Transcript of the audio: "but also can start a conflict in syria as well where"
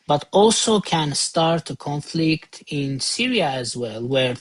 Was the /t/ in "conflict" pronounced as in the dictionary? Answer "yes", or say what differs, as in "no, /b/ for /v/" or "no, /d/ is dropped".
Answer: yes